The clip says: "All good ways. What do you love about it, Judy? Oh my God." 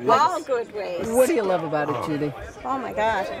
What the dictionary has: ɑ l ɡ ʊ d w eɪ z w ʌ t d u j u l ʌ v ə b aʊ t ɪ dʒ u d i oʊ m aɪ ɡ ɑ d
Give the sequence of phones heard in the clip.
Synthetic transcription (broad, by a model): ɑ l ɡ ʊ d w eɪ w ʌ t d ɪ j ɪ l ʌ v ə b aʊ t ɪ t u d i oʊ m aɪ ɡ ɑ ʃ